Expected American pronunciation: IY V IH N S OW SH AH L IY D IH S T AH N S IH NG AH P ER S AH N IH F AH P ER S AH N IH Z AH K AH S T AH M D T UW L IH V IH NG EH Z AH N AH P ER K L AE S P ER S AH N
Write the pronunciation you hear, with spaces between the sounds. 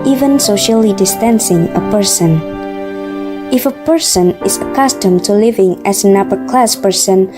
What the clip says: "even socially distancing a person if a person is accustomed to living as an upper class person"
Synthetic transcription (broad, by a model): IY V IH N S OW SH AH L IY D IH S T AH N S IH NG AH P ER S AH N IH F AH P ER S AH N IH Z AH K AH S T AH M T UW L IH V IH NG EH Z AH N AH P ER K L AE S P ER S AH N